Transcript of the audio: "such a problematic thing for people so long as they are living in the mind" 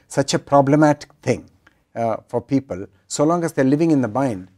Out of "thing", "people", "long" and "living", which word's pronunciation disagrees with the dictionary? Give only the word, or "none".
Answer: thing